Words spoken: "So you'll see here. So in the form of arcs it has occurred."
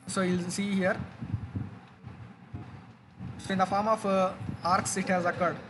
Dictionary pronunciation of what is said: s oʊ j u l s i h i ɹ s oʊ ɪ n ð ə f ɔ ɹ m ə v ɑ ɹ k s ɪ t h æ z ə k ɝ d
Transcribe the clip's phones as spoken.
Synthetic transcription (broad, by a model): s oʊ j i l s i h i ɹ s oʊ ɪ n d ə f ɔ ɹ m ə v ɑ ɹ k s ɪ t h æ z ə k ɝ d